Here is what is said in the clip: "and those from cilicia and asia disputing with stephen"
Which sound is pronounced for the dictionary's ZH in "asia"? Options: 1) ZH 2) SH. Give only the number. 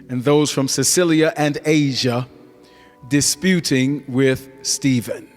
1